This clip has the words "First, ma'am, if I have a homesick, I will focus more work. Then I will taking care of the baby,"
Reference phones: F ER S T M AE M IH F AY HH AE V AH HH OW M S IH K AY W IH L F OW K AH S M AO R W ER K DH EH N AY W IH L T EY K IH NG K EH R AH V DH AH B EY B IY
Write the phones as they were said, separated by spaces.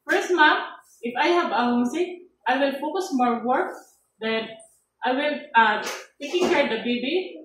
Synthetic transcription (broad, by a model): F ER S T M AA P IH F AY HH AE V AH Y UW S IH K AY W IH L F OW K AH S M AO R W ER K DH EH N AY W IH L T EY K IH NG K EH R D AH B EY B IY